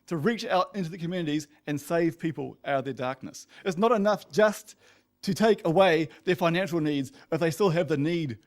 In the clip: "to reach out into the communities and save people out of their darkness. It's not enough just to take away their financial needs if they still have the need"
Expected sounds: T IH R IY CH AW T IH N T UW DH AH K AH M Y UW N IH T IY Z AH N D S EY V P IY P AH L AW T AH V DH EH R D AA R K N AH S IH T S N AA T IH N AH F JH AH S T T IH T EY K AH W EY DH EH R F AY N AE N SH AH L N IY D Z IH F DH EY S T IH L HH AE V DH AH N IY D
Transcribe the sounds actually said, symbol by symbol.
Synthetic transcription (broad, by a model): T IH R IY CH AW T IH N T UW DH AH K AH M Y UW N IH T IY Z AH N S EY V P IY P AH L AW T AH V DH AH R D AA R K N AH S IH T S N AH T IH N AH F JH AH S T T IH T EY K AH W EY DH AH R F AY N AE N SH L N IY D Z IH F DH EY S T IH L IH V DH AH N IY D